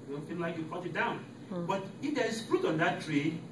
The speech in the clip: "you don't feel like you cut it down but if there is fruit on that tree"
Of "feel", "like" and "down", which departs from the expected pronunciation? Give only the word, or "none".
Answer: feel